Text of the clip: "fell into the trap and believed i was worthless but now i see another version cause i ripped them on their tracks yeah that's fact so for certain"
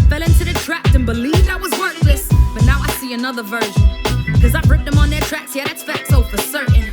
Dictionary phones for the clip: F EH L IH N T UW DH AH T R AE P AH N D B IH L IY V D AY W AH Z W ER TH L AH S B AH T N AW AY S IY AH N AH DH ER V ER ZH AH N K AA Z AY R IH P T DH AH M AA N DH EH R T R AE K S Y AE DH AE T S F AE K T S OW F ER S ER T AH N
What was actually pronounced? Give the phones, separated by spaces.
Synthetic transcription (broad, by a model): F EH L IH N T UW DH AH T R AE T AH N B IH L IY V D AY W AH Z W ER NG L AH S B AH T N AW AY S IY AH N AH DH ER V ER ZH AH N K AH Z AY R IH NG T DH AH M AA N DH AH R T R AE K S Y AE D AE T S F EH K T S OW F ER S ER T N